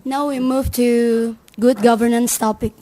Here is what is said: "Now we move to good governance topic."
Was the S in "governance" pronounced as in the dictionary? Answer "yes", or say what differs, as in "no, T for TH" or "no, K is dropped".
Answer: yes